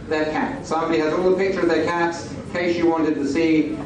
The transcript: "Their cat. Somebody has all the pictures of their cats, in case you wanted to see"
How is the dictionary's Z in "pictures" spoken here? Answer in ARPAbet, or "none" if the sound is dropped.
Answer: none